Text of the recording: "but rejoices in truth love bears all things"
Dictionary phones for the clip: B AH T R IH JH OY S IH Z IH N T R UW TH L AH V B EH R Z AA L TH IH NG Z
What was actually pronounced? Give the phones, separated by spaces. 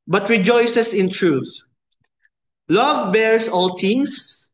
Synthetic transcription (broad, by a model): B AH T R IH JH OY S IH S IH N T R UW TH L AH V B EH R S AA L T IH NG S